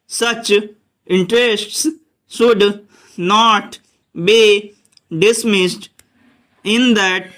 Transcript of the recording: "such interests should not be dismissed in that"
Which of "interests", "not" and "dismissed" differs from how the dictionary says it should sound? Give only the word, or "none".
none